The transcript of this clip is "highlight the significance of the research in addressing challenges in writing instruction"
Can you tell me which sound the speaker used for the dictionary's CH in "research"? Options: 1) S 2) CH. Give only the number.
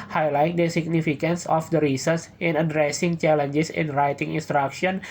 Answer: 1